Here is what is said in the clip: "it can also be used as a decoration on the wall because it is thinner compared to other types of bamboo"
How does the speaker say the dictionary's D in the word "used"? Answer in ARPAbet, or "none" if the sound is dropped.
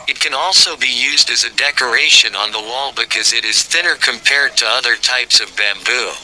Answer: D